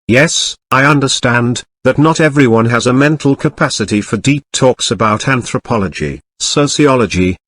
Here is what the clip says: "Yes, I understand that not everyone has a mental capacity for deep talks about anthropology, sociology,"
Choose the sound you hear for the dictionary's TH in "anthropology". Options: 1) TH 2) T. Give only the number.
1